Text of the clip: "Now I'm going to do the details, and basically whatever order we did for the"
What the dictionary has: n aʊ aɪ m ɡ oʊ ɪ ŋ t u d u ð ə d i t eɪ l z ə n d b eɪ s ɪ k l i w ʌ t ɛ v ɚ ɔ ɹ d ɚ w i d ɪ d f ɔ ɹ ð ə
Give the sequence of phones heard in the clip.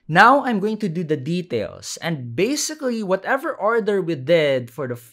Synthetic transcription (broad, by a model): n aʊ aɪ m ɡ oʊ ɪ ŋ t u d u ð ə d i t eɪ l s ə n d b eɪ s ɪ k l i w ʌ t ɛ v ɚ ɔ ɹ d ɚ w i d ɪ d f ɔ ɹ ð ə